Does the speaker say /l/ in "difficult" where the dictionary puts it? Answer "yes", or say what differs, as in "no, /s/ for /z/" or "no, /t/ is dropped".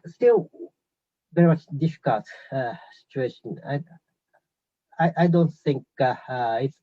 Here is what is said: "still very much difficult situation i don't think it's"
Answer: yes